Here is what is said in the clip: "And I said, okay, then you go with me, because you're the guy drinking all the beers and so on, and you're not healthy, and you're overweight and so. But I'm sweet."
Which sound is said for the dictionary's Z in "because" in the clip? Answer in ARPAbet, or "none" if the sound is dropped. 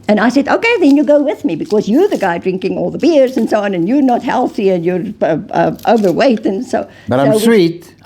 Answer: Z